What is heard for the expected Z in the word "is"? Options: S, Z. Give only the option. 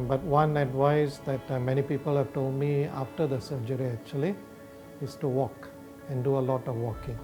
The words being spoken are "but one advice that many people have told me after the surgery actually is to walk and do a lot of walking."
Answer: S